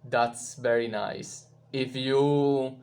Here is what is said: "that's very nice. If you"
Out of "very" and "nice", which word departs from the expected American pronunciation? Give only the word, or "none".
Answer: none